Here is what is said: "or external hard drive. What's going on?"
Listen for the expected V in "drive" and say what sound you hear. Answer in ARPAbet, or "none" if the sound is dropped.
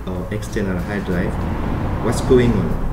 F